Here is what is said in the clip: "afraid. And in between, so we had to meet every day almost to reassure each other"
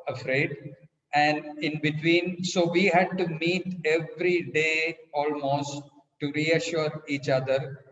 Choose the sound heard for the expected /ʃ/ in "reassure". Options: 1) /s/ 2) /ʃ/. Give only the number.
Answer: 2